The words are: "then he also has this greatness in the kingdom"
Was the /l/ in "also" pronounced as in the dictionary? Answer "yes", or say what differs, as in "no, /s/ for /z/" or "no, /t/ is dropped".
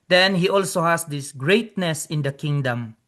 yes